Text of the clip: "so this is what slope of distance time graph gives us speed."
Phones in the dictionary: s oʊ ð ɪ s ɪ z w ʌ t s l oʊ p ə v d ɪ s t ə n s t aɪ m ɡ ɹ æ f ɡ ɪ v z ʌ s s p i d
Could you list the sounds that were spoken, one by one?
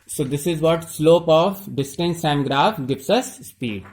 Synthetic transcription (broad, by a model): s oʊ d ɪ s ɪ z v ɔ t s l oʊ p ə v d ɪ s t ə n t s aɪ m ɡ ɹ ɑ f ɡ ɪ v s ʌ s s p i d